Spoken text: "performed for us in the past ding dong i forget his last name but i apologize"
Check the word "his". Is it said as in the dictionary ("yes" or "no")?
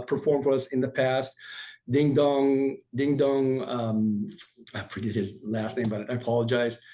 yes